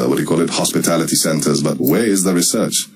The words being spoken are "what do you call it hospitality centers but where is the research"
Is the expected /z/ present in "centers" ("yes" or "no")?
yes